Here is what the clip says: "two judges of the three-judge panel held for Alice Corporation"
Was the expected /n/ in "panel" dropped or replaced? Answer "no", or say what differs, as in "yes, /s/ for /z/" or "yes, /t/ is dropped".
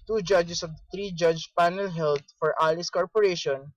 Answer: no